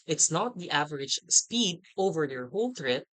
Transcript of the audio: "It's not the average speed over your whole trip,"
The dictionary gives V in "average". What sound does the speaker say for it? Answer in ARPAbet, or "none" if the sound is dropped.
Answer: V